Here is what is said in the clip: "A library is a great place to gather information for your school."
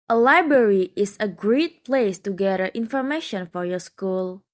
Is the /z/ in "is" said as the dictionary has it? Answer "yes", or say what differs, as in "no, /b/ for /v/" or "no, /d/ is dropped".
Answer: no, /s/ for /z/